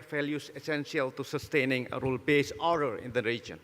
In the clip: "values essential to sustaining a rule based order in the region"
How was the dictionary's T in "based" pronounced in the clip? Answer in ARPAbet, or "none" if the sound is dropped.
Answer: none